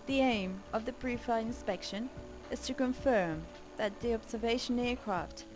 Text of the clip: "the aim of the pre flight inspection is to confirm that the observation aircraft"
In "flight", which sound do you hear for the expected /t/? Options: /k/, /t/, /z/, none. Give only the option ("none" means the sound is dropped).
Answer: none